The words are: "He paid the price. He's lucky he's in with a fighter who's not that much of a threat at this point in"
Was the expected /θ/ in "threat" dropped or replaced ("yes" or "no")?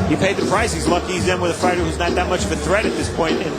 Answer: no